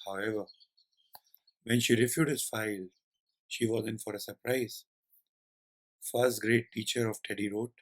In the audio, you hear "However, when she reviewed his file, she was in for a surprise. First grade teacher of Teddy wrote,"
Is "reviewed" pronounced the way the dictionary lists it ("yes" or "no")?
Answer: no